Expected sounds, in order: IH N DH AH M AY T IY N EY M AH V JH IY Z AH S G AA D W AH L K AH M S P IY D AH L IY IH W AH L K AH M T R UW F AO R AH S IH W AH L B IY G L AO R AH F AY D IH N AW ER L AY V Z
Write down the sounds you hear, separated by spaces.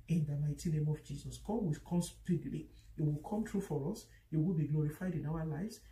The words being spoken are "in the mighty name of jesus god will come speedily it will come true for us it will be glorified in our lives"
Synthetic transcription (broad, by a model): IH N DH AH M AY T IY N EY M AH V JH IY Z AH S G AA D W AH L K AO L S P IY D L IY IH W AH L K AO M T R UW F AO R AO S IH W AH L B IY G L AO R AH F AY D IH N AW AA L AY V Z